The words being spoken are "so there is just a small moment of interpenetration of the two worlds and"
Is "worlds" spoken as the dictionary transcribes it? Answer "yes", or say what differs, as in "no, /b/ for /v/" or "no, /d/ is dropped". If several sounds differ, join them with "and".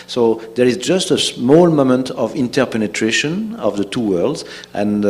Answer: yes